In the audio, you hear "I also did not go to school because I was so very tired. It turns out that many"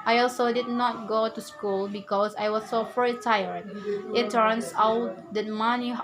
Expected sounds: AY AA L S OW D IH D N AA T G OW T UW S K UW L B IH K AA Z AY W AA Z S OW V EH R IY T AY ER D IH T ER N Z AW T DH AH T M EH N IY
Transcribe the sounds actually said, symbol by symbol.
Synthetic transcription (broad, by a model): AY AA L S OW D IH D N AA T G OW T UW S K UW L B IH K AA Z AY W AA S OW F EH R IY T AY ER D IH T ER N S AW T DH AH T M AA N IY